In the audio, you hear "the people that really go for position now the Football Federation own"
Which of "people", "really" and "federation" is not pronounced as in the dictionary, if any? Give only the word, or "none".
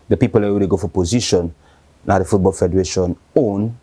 really